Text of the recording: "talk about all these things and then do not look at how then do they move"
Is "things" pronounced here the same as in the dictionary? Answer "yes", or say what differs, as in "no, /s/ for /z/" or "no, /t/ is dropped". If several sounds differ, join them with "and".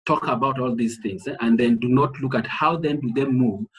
yes